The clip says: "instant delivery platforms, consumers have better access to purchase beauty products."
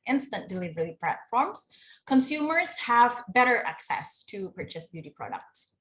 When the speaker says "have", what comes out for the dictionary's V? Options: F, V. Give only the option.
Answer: V